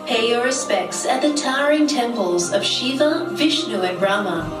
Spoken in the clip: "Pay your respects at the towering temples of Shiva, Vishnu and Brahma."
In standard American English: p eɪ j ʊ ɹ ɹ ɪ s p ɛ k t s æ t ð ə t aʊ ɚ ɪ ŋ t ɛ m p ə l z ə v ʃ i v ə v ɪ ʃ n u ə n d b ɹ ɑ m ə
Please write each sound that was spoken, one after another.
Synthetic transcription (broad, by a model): p eɪ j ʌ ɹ ɹ ɪ s p ɛ k t s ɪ t ð ə t aʊ ɚ ɪ ŋ t ɛ m p ə l z ə v ʃ i v ə v ɪ ʃ n u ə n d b ɹ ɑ m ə